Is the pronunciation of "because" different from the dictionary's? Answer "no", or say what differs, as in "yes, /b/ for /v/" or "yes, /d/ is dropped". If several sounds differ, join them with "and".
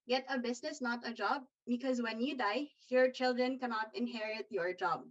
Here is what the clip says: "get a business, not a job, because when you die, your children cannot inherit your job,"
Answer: no